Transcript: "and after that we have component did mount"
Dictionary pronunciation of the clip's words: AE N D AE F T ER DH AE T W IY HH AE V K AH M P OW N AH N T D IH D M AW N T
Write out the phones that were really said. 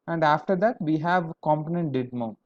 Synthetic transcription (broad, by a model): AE N D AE F T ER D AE T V IY HH AE V K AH M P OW N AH N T D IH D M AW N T